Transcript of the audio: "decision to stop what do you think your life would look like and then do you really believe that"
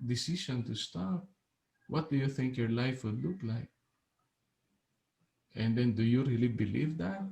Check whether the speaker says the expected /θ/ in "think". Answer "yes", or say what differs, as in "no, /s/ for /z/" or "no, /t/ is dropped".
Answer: yes